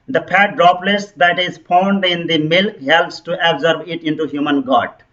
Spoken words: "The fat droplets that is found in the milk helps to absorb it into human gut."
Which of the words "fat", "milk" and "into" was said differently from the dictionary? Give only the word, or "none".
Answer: fat